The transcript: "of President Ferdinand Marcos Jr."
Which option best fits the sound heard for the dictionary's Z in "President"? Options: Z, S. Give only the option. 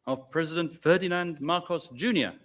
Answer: Z